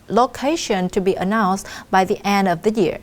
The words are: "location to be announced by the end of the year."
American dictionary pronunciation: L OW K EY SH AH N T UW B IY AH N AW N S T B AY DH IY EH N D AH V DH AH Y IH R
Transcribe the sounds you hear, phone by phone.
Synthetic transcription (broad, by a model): L OW K EY SH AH N T UW B IY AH N AW N S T B AY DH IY EH N D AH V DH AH Y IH R